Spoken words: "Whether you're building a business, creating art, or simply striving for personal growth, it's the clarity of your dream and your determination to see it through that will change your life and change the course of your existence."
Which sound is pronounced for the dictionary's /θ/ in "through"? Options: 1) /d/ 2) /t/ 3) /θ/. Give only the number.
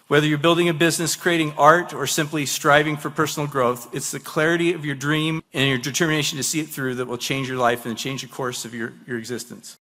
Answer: 3